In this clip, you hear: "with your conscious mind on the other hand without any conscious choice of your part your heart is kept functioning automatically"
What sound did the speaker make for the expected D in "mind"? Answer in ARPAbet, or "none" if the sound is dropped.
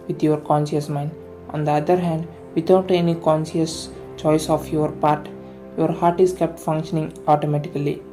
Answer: D